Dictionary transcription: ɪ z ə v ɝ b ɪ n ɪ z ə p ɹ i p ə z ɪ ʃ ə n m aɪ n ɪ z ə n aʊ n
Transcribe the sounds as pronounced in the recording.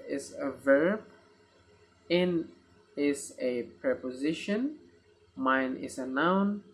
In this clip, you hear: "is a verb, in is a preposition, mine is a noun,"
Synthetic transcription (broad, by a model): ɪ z ə v ɝ b ɪ n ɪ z ə p ɹ i p ə z ɪ ʃ ə n m aɪ n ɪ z ə n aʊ n